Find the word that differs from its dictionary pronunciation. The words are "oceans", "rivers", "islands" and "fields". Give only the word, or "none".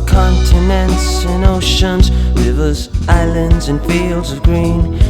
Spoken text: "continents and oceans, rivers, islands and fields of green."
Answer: none